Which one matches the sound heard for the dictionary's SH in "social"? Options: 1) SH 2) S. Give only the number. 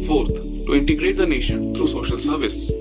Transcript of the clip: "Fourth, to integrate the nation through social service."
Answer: 1